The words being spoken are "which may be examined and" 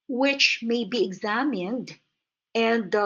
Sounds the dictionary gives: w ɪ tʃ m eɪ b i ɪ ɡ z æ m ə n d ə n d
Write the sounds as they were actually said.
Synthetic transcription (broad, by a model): w ɪ tʃ m eɪ b i ɪ ɡ z æ m ə n d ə n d